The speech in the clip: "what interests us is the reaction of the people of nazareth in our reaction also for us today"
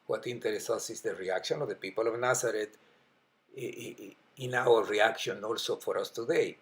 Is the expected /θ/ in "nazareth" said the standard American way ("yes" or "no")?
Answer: no